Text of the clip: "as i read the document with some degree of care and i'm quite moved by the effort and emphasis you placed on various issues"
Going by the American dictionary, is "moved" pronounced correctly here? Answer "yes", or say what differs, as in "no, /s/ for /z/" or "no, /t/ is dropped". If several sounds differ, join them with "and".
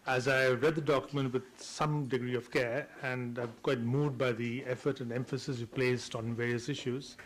no, /v/ is dropped